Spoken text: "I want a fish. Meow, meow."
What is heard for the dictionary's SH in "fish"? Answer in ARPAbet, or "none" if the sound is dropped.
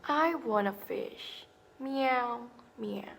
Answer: SH